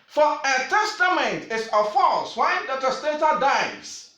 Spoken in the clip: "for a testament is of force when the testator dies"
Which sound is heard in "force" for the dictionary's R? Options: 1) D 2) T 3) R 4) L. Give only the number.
4